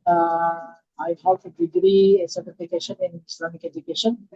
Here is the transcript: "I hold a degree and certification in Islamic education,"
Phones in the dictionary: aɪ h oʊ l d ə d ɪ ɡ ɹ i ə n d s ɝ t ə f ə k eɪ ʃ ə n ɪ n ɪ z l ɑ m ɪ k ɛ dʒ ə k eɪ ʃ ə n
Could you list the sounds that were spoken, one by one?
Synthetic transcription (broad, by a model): aɪ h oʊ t ə d ɪ ɡ ɹ i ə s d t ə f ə k eɪ ʃ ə n ɪ n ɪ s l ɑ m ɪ k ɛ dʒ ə k eɪ ʃ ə n